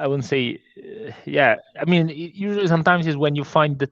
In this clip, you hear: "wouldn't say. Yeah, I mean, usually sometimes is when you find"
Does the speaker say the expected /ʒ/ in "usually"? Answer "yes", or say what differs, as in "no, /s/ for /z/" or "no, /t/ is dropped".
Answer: yes